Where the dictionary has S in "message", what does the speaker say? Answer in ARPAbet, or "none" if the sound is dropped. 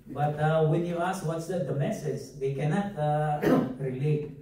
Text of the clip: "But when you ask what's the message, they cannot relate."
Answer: S